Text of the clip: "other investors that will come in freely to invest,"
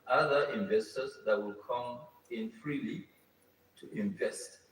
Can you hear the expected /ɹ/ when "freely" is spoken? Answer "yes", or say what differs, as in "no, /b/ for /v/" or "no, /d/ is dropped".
yes